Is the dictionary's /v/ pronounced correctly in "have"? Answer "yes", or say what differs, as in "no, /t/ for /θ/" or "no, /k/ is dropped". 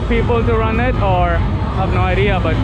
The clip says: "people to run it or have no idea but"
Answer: no, /b/ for /v/